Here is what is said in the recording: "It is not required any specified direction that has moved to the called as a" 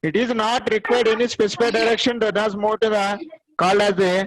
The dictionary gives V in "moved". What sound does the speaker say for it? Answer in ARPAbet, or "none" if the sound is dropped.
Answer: none